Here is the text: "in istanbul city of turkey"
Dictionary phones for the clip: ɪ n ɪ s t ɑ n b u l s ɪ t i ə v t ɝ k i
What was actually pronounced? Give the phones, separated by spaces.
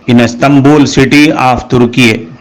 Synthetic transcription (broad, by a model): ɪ n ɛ s t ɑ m b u l s ɪ t i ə f t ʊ k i